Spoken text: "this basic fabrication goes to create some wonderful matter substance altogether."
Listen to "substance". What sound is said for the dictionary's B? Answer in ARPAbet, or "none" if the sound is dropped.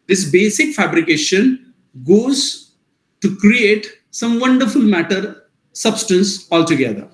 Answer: B